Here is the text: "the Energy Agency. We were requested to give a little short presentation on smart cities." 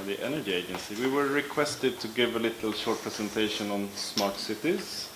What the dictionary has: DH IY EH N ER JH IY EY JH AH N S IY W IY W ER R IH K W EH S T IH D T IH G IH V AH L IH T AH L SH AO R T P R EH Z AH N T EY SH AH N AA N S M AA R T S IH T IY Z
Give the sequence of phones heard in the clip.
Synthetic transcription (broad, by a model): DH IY EH N ER JH IY EY JH AH N S IY W IY W ER R IH K W EH S T IH D T IH G IH V AH L IH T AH L SH AO R T P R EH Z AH N T EY SH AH N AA N S M AA R T S IH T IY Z